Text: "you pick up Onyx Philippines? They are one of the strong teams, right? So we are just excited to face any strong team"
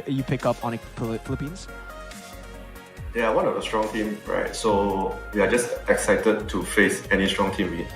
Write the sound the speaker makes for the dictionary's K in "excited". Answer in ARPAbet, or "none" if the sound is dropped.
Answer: K